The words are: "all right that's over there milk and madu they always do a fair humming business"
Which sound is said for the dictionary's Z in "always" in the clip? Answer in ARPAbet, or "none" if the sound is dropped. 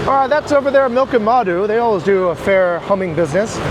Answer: Z